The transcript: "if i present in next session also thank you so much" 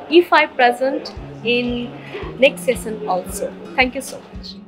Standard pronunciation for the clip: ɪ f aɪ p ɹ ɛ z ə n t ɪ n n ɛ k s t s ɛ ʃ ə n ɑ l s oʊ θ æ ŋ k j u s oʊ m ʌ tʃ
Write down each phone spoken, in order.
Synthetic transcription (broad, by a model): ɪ f aɪ p ɹ ɛ z ə n t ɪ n n ɛ k s t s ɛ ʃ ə n ɑ l s oʊ t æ ŋ k j u s oʊ m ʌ tʃ